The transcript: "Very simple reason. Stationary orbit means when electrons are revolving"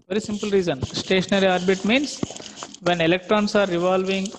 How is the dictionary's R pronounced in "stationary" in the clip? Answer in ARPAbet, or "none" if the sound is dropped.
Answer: R